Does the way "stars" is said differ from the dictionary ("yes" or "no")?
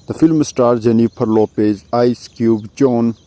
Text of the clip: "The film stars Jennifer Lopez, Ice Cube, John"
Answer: yes